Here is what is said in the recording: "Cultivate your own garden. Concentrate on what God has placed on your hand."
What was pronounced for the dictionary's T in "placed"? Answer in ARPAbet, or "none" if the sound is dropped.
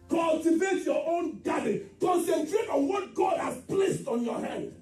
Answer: T